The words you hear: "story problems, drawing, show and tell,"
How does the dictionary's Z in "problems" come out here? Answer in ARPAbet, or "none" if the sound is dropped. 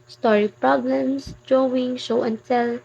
S